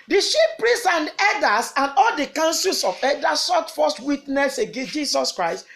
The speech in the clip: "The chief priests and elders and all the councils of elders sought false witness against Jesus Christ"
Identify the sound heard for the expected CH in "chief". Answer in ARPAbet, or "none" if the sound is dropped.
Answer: SH